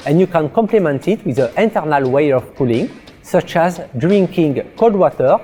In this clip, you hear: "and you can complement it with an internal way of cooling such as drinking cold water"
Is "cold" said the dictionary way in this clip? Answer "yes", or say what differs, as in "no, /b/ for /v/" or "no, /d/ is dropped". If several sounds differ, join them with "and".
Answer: no, /l/ is dropped